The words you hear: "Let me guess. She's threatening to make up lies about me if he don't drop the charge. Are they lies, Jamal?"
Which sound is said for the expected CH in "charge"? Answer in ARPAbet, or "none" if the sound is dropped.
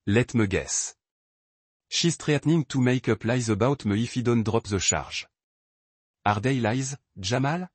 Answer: SH